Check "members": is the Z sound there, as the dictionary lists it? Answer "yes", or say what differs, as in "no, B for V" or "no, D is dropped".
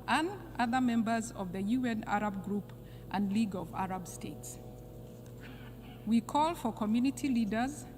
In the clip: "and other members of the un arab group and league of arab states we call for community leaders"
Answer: yes